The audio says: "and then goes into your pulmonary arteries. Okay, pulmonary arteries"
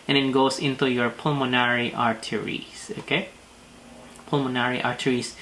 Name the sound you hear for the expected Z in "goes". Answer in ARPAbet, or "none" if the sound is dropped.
S